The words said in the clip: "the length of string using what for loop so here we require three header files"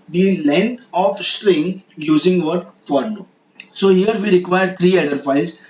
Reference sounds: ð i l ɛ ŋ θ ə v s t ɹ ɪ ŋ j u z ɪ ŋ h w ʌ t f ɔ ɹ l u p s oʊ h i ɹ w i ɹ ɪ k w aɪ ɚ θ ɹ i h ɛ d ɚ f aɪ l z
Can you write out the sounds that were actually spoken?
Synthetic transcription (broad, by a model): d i l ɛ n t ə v s t ɹ ɪ ŋ j u z ɪ ŋ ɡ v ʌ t f ɔ ɹ n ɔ s oʊ h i ɹ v i ɹ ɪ k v aɪ ɚ t ɹ i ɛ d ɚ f aɪ l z